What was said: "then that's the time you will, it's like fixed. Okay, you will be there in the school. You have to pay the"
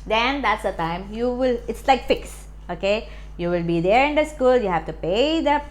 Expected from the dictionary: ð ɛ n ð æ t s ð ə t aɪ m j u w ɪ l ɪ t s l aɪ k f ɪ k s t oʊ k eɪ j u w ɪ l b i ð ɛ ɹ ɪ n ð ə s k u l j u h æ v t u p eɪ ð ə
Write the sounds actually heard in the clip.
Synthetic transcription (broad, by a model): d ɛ n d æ t s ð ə t aɪ m j u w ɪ l ɪ t s l aɪ k f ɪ k s oʊ k eɪ j u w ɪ l b i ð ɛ ɹ ɪ n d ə s k u l j u h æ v t u p eɪ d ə